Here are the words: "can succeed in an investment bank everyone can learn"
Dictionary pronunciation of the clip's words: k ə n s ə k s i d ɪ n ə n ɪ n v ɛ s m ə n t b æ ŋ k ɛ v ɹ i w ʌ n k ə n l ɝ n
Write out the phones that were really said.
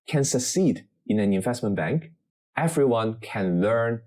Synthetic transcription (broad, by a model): k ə n s ə k s i d ɪ n ə n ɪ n v ɛ s m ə n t b æ ŋ k ɛ v ɹ i w ʌ n k ə n l ɝ n